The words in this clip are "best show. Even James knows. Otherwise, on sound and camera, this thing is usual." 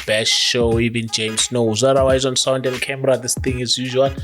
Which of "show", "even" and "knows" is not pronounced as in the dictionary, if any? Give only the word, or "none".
none